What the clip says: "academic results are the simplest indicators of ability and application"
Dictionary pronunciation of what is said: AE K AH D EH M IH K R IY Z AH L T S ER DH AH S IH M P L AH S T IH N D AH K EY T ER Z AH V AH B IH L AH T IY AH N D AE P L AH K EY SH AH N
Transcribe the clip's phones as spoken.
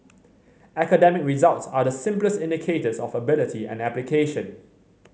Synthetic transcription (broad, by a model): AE K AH D EH M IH K R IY Z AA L T S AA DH AH S IH M P L AH S T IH N D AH K EY T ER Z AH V AH B IH L AH T IY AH N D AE P L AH K EY SH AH N